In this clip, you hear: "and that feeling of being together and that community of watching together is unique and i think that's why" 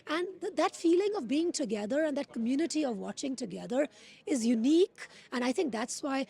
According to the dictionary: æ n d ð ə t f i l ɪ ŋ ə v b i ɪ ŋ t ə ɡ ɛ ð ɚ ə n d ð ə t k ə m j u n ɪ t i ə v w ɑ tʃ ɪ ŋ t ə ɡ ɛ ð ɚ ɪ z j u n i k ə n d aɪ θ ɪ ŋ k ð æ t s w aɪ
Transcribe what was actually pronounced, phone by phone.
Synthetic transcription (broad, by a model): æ n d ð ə t f i l ɪ ŋ ə v b i ɪ ŋ t ə ɡ ɛ ð ɚ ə n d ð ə t k ə m j u n ɪ t i ə v w ɑ tʃ ɪ ŋ t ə ɡ ɛ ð ɚ ɪ z j u n i k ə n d aɪ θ ɪ ŋ k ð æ t s w aɪ